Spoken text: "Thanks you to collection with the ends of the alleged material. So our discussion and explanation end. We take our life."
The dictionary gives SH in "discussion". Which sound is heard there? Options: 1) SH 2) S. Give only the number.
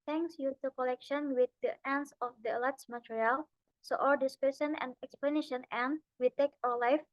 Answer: 2